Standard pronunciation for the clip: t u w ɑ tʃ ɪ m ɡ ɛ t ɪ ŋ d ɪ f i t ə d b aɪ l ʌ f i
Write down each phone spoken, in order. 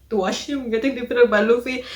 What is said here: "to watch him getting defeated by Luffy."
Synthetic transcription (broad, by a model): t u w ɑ ʃ ɪ m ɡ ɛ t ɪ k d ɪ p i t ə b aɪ l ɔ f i